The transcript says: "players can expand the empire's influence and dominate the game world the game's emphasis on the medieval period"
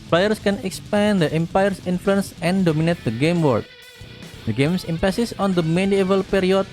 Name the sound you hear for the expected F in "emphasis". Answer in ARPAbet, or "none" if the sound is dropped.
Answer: P